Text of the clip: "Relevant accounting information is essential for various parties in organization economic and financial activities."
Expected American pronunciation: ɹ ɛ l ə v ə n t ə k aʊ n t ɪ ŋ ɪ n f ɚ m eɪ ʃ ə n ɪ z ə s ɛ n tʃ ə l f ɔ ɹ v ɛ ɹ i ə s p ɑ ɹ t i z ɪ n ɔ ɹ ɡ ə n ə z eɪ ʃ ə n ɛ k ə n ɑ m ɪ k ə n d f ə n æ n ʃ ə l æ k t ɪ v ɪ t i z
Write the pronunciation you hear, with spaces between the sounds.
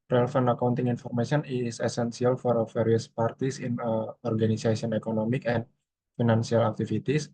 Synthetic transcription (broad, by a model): ɹ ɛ l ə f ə n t ə k aʊ n t ɪ ŋ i n f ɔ m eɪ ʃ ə n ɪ s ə s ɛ n s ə l f ɔ ɹ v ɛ ɹ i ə s p ɑ ɹ t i s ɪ n ɔ ɹ ɡ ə n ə s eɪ s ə n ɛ k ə n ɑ m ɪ k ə n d f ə n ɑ n s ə l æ k t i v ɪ t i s